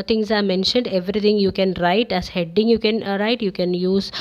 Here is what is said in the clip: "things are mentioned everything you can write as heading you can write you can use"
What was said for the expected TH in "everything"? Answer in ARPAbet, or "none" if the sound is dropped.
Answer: T